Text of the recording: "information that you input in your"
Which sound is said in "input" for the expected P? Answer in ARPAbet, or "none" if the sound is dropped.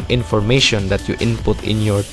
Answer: P